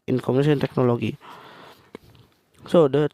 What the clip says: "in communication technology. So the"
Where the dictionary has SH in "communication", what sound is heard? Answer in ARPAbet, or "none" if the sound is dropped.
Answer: none